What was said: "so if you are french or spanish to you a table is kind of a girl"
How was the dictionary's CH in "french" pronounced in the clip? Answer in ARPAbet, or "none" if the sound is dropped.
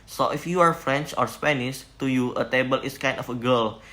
CH